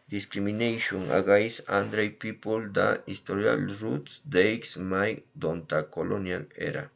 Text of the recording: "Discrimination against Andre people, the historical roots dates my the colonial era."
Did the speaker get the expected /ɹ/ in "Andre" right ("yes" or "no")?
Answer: yes